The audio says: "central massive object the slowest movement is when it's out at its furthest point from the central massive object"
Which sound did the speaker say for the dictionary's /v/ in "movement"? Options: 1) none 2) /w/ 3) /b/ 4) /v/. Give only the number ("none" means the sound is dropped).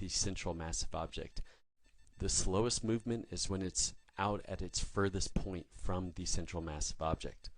4